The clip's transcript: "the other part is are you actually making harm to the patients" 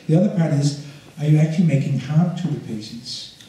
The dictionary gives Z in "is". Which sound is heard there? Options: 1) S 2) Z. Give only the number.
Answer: 2